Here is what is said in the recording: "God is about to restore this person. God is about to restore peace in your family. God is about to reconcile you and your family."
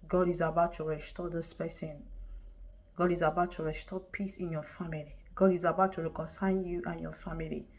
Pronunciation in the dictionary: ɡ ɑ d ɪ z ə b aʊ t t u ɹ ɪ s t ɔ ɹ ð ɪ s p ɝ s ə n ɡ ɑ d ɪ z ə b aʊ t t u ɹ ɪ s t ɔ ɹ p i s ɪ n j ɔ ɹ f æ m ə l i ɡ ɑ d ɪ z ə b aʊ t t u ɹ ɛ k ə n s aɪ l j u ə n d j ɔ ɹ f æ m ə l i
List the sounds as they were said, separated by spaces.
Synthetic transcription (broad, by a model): ɡ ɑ d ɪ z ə b aʊ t t u ɹ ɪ s t ɔ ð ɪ s p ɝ s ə n ɡ ɑ d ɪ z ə b aʊ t t u ɹ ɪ s t ɔ p i s ɪ n j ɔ f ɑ m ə l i ɡ ɑ d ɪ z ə b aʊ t t u ɹ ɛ k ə n s aɪ n j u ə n j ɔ f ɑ m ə l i